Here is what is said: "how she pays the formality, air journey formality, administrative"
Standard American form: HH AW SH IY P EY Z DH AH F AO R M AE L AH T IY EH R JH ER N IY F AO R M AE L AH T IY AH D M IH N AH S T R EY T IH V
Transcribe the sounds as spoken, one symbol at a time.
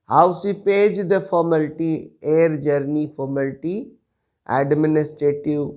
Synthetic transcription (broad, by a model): HH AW S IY P EY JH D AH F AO R M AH L T IY EH R JH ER N IY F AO R M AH L T IY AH D M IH N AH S T R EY T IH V